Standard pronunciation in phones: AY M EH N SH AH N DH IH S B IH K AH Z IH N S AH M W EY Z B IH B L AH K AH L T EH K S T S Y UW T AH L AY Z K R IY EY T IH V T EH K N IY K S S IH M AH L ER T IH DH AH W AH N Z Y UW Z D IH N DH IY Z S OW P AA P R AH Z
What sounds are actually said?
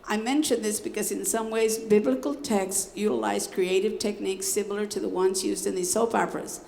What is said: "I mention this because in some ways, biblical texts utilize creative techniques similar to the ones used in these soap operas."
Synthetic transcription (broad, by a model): AY M EH N SH AH N DH IH S B IH K AH Z IH N S AH M W EY Z B IH B L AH K L T EH K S S Y UW T AH L AY Z K R IY EY T IH V T EH K N IY K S S IH M L ER T IH DH AH W AH N Z Y UW Z D IH N DH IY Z S OW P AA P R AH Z